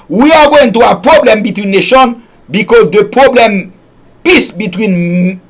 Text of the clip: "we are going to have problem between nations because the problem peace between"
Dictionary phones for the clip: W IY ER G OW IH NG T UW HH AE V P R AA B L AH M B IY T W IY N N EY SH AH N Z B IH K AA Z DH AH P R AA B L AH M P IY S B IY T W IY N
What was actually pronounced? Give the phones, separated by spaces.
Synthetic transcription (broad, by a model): W IY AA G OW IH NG T UW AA P R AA B L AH M B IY T W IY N N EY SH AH N B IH K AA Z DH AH P R AA B L AH M P IY S B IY T W IY N